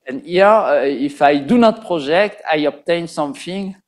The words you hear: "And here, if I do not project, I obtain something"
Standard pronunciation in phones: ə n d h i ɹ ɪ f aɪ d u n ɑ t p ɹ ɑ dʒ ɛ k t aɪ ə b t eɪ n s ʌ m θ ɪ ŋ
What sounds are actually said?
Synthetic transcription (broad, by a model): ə n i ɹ ɪ f aɪ d u n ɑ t p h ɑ ʒ ɛ k t aɪ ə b t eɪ n s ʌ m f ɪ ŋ